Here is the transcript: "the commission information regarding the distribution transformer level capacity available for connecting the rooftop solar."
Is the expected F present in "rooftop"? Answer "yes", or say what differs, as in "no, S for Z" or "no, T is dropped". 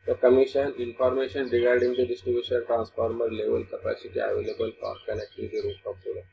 no, F is dropped